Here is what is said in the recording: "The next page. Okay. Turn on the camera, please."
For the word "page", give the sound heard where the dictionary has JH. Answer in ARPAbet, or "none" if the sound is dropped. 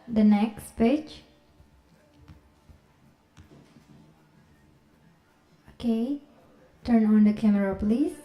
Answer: CH